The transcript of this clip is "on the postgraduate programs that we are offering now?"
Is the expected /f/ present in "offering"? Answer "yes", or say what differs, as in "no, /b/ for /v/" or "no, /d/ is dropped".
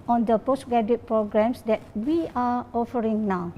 yes